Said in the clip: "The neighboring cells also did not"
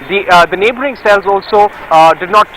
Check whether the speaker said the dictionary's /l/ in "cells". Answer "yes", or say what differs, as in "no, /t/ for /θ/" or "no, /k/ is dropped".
yes